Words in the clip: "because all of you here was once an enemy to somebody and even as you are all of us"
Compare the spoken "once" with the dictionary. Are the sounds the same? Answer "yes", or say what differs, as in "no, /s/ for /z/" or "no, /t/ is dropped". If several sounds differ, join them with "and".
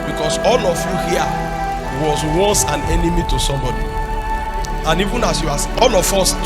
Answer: no, /n/ is dropped